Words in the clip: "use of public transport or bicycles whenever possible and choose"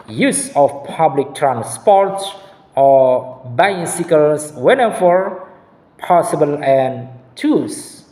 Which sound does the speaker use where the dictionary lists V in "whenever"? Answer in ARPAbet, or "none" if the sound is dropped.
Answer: F